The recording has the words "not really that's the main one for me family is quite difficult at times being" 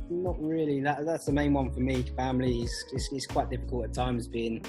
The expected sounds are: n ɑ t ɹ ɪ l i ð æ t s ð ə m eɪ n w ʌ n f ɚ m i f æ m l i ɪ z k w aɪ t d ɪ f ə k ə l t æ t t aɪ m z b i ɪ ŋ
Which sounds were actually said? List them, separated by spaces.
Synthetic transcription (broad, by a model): n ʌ t ɹ ɪ l i ð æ t s ð ə m eɪ n w ʌ n f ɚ m i f æ m l i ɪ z k w aɪ t d ɪ f ə k ə l t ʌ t t aɪ m z b i ɪ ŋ